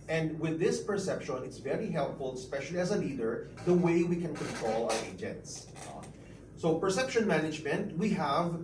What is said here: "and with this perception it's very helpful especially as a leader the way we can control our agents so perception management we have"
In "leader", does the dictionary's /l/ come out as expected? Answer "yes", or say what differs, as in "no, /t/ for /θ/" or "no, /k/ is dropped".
no, /n/ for /l/